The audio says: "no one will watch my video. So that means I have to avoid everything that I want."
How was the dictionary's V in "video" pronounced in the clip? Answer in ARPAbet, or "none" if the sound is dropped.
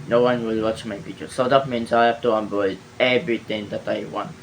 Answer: F